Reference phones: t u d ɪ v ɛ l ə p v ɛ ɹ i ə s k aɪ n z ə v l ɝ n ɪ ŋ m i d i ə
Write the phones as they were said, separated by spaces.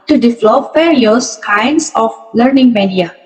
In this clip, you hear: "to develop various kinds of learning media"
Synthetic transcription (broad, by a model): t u d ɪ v l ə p f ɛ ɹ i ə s k aɪ n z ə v l ɝ n ɪ ŋ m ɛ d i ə